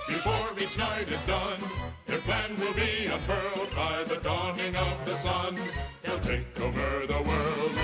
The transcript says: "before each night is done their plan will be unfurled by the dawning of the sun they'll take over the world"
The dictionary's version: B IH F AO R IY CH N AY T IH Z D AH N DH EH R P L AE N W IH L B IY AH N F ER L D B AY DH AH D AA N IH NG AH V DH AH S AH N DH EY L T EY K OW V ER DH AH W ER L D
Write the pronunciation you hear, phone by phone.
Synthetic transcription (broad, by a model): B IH F AO R IY CH N AY T IH Z D AH N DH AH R P L AE N W IH L B IY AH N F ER L D B AY DH AH D AA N IH NG AH V DH AH S AH N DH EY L T EY K OW V ER DH AH W ER L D